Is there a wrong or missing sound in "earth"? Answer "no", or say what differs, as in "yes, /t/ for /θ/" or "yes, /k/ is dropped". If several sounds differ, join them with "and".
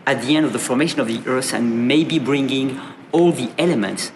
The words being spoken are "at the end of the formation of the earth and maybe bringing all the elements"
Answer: yes, /s/ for /θ/